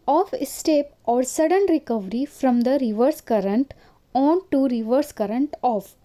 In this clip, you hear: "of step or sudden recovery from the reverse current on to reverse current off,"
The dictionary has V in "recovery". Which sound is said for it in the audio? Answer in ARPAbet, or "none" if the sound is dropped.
V